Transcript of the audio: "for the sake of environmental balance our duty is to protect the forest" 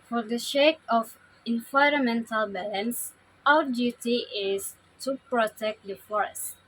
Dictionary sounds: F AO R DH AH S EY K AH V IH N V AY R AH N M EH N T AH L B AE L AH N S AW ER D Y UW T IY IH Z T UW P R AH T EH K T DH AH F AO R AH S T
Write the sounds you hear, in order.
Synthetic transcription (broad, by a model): F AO R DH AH SH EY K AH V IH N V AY R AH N M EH N T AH L B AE L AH N S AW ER D Y UW T IY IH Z T UW P R AH T EH K T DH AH F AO R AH S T